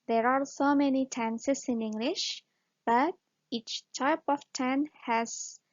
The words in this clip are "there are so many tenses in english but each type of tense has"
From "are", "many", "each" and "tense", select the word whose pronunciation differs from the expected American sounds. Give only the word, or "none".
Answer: tense